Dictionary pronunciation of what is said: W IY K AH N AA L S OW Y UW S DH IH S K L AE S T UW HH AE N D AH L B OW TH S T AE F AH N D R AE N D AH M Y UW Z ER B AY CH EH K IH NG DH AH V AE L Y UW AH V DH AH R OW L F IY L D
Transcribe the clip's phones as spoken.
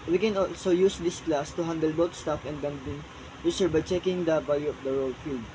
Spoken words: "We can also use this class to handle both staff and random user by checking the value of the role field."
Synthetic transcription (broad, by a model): W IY K AH N AA L S OW Y UW S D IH S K L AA S T UW HH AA N D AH L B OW T S T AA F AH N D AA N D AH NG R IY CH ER B AY CH EH K IH NG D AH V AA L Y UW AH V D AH R OW L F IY L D